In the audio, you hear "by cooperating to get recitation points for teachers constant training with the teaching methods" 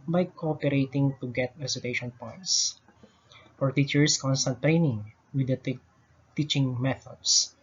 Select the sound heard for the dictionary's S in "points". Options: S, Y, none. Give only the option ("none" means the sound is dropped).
S